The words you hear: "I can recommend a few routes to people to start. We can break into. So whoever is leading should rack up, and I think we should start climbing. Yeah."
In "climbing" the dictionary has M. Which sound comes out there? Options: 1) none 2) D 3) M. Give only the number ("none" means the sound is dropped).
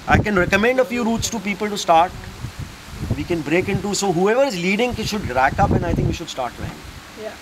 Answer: 1